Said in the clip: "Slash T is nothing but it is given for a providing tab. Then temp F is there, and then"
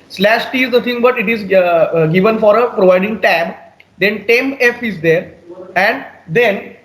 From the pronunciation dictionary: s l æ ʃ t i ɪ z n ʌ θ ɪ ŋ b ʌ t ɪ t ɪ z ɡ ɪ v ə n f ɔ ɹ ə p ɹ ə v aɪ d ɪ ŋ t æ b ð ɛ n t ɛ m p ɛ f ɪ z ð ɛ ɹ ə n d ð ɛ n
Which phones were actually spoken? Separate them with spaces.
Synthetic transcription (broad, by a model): s l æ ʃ t i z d ʌ t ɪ ŋ b ʌ t ɪ t ɪ z ɡ ɪ v ə n f ɔ ɹ ə p ɹ ə v aɪ d ɪ ŋ t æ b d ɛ n t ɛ m ɛ f ɪ z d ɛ ɹ ə n d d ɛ n